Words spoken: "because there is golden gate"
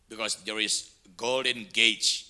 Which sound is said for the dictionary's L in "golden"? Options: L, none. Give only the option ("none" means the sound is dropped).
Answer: L